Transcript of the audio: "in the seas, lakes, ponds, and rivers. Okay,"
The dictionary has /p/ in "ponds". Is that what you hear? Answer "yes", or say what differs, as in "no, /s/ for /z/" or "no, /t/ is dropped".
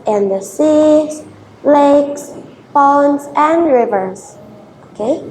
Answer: no, /b/ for /p/